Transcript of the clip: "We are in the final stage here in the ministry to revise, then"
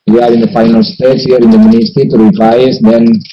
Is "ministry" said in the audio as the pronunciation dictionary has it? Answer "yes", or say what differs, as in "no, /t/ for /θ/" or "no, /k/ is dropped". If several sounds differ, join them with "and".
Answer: no, /ɹ/ is dropped